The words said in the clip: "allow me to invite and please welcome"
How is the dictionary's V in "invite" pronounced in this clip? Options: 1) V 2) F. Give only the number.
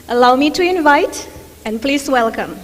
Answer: 1